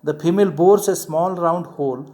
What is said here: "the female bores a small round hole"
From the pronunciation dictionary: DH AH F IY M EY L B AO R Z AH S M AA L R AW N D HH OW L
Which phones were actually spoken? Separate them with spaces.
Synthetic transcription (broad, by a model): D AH P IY M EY L B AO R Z AH S M AA L R AW N D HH OW L